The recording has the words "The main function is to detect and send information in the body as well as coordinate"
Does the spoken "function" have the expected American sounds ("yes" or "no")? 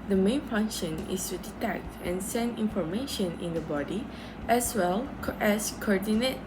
yes